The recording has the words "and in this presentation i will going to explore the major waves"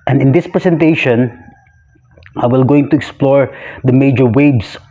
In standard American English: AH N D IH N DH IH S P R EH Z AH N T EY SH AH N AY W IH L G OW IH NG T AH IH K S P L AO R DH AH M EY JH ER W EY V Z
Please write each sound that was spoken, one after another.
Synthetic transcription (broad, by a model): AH N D IH N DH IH S P R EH S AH N T EY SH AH N AY W IH L G OW IH NG T AH IH K S P L AO R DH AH M EY JH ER W EY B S